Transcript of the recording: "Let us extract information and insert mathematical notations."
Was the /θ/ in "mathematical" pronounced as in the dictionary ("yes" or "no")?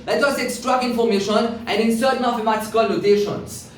no